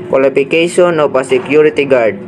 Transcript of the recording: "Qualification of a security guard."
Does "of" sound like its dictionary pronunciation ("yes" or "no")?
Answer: no